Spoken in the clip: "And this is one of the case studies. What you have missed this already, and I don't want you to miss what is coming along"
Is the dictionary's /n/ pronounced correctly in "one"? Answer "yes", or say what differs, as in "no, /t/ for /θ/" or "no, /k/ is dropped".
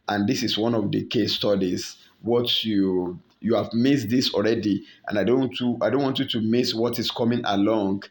yes